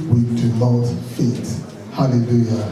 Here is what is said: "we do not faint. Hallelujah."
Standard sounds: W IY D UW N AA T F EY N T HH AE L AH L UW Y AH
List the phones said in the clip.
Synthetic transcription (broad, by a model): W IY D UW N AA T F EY T HH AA L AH L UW Y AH